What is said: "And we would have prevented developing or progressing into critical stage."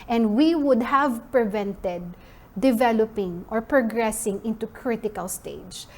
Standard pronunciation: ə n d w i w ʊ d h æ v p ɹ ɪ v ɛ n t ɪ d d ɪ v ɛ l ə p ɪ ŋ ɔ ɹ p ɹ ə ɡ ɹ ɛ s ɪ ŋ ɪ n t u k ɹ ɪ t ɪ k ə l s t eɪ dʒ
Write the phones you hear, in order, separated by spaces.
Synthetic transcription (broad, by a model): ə n d w i w ʊ d h æ v p ɹ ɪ v ɛ n t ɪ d d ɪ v ɛ l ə p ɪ ŋ ɔ ɹ p ɹ ə ɡ ɹ ɛ s ɪ ŋ ɪ n t u k ɹ ɪ t ɪ k ə l s t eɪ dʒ